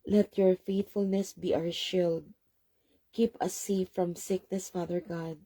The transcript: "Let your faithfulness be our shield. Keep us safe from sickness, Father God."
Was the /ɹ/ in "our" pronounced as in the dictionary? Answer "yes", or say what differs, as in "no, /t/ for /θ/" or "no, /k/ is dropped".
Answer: no, /w/ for /ɹ/